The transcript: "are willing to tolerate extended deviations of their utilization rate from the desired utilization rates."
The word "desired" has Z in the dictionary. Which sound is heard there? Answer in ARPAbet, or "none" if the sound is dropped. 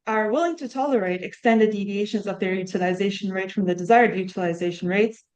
Z